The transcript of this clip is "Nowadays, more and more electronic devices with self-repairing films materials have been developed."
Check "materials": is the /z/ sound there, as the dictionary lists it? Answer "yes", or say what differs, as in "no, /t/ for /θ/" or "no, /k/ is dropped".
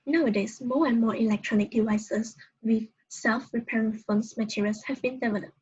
no, /s/ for /z/